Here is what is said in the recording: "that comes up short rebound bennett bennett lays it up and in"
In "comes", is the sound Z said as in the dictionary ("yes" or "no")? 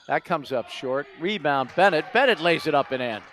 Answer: yes